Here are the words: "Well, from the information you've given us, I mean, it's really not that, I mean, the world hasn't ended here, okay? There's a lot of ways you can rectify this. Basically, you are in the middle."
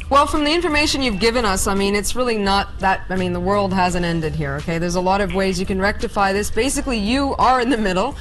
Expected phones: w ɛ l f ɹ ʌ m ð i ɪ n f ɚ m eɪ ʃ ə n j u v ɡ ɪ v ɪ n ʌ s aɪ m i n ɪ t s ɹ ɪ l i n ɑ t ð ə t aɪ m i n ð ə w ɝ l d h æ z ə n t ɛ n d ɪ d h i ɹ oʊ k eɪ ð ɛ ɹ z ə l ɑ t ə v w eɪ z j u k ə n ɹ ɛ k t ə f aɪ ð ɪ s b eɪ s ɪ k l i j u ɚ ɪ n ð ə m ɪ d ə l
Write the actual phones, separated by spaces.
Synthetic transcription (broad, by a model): w ɛ l f ɹ ʌ m ð i ɪ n f ɚ m eɪ ʃ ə n j u v ɡ ɪ v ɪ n ʌ s aɪ m i n ɪ t s ɹ ɪ l i n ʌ t ð ə t aɪ m i n ð ə w ɝ l d h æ z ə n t ɛ n d ɪ d h i ɹ oʊ k eɪ ð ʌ ɹ z ə l ɑ t ə v w eɪ z j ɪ k ə n ɹ ɛ k t ə f aɪ ð ɪ s b eɪ s ɪ k l i j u ɚ ɪ n ð ə m ɪ d l